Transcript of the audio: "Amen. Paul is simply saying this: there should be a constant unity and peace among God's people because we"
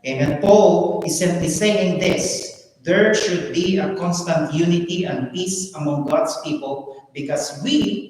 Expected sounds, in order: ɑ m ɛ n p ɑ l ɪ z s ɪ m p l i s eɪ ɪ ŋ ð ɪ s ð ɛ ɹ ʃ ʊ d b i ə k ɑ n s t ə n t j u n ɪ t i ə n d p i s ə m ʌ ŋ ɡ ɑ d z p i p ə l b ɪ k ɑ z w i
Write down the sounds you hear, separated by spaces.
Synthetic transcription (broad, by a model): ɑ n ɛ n p ɑ l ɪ s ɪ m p l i s eɪ ɪ ŋ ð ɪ s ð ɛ ɹ ʃ ʊ d b i ə k ɑ n s t ə n t j u n ɪ t i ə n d p i s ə m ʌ ŋ ɡ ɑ d s p i p ə l b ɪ k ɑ s w i